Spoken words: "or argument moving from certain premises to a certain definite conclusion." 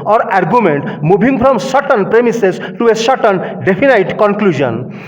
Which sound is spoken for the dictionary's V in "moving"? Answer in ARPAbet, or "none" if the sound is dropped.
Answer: B